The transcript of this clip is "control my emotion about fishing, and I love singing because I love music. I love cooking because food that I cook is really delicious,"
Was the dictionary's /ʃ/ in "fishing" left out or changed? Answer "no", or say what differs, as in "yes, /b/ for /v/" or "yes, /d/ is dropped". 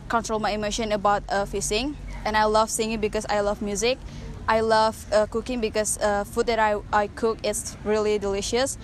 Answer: yes, /s/ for /ʃ/